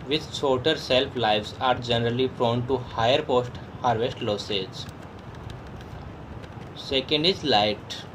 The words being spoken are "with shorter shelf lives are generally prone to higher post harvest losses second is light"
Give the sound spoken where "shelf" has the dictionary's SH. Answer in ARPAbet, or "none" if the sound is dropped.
S